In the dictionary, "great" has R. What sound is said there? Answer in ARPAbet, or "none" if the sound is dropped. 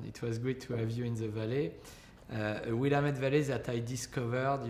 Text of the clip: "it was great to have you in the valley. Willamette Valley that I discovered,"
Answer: none